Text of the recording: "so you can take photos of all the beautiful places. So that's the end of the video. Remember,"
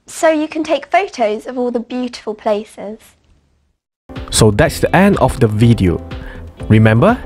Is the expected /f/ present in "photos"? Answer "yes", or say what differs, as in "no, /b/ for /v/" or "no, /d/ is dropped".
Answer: yes